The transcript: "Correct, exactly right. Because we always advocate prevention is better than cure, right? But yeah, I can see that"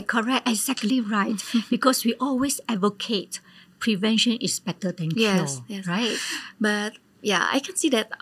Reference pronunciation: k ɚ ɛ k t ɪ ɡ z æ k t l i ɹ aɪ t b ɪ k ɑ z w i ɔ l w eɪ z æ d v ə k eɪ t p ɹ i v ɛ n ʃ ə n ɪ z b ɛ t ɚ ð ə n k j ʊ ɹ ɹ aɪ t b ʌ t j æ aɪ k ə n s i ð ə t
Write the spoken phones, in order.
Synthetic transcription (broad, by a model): k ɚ ɛ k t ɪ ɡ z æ k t l i ɹ aɪ t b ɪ k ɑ s w i ɔ l w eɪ s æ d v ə k eɪ t p ɹ i v ɛ n ʃ ə n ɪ s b ɛ t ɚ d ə n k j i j ɹ aɪ t b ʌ t j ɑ aɪ k ə n s i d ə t